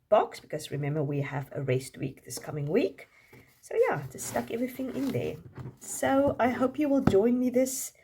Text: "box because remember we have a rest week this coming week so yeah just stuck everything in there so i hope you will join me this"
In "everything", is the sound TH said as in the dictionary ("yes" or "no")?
yes